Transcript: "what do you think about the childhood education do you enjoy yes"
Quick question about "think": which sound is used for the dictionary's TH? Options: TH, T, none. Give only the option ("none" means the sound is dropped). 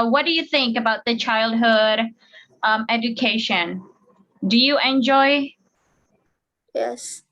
TH